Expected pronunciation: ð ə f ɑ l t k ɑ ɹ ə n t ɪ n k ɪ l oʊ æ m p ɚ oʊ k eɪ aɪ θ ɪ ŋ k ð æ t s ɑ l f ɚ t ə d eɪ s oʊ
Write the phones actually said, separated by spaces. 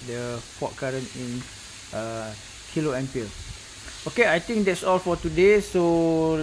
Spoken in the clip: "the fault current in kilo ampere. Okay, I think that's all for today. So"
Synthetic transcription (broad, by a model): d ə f ɑ t k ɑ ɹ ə n ɪ n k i l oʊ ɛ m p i oʊ k eɪ aɪ t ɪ ŋ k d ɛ t s ɑ l f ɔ t ə d eɪ s oʊ